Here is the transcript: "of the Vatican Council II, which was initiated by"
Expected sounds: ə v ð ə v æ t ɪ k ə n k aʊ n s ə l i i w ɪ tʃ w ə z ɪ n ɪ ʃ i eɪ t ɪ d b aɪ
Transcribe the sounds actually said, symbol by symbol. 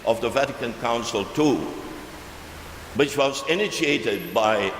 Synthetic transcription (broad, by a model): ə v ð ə v æ t ɪ k ə n k aʊ n s ə l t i w ɪ tʃ w ə z ɪ n ɪ ʃ i eɪ t ɪ d b aɪ